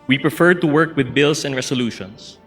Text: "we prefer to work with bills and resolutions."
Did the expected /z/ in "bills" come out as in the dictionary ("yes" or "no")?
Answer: no